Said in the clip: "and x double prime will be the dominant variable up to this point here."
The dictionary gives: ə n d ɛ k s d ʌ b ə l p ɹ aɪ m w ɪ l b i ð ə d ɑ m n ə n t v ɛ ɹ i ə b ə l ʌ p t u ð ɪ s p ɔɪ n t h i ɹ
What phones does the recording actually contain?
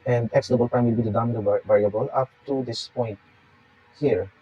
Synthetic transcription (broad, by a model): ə n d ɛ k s d ʌ b ə l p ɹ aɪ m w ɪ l b i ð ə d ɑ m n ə v ɛ ɹ i ə b ə l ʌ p t u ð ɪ s p ɔɪ n t h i ɹ